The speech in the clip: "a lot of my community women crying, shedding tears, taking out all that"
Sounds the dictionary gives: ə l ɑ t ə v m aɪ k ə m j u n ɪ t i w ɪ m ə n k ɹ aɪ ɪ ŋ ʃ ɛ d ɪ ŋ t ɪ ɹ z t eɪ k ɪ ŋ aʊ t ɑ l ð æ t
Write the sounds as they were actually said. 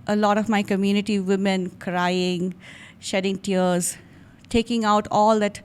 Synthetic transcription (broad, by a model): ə l ɑ t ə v m aɪ k ə m j u n ɪ t i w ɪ m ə n k ɹ aɪ ɪ ŋ ʃ ɛ d ɪ ŋ t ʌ ɹ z t eɪ k ɪ ŋ aʊ t ɑ l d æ t